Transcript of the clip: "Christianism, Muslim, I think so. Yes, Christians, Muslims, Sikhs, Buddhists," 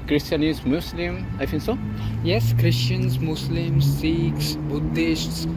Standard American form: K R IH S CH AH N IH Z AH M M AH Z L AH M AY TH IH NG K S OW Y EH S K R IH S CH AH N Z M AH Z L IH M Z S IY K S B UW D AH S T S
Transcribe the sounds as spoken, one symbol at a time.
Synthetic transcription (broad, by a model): K R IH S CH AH N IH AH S M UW S L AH M AY F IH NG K S OW Y EH S K R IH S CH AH N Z M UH S L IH M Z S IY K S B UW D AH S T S